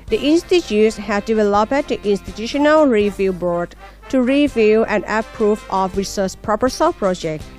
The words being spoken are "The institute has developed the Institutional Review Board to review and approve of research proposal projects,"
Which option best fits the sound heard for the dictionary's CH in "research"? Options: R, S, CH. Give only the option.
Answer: S